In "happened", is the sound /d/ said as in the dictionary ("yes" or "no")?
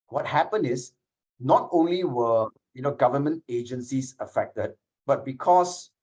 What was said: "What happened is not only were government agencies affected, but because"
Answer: no